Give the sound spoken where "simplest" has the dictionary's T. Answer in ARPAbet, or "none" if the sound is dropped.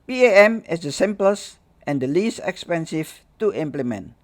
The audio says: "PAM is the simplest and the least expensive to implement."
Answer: T